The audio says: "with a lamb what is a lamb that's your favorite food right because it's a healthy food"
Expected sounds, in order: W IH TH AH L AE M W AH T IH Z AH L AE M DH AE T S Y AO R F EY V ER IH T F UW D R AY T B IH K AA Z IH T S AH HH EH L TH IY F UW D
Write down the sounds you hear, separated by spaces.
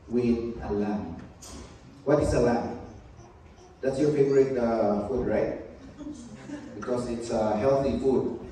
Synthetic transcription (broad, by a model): W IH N AH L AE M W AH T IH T AH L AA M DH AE T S Y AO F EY P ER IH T F UW D R AY T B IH K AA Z IH T S AH HH EH L TH IY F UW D